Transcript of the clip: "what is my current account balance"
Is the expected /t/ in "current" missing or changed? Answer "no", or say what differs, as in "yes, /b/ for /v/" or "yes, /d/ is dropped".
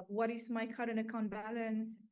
yes, /t/ is dropped